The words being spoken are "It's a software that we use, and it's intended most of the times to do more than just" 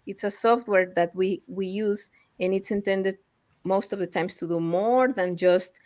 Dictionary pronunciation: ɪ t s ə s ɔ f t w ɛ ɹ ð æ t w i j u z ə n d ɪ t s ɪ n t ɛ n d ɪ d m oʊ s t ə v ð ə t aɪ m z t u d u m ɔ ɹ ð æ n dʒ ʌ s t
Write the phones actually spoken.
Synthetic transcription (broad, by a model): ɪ t s ə s ɔ f t w ɛ ɹ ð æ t w i j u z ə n ɪ t s ɪ n t ɛ n d ɪ d m oʊ s t ə v ð ə t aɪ m s t u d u m ɔ ɹ ð æ n dʒ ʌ s t